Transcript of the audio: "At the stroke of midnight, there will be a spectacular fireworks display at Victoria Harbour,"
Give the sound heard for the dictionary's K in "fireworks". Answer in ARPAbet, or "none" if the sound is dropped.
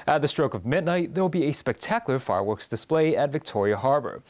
K